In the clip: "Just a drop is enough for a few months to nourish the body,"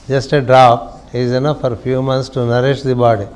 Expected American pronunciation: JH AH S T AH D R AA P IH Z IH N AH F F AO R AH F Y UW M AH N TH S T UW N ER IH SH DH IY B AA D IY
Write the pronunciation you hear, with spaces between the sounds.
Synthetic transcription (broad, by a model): JH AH S T AH D R AA P IH Z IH N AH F F AO R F Y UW M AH N T S T UW N ER IH SH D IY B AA D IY